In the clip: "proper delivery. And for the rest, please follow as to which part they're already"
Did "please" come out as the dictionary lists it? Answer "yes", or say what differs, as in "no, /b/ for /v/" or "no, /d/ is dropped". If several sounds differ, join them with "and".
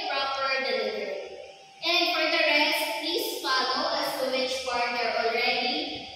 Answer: no, /s/ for /z/